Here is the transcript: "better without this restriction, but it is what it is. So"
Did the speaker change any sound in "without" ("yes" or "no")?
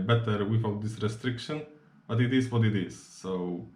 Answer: yes